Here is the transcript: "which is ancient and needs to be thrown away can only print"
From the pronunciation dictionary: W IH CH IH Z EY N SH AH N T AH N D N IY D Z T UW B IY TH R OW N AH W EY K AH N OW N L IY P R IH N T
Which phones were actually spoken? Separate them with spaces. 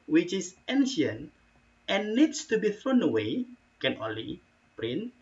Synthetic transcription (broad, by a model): W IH CH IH S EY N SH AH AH N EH N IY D S T UW B IY TH R OW N AH W EY K AH N OW N L IY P R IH N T